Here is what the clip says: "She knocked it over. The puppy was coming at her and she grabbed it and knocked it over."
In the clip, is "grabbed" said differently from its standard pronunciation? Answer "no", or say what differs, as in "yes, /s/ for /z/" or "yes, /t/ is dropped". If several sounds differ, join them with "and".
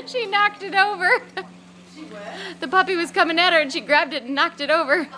no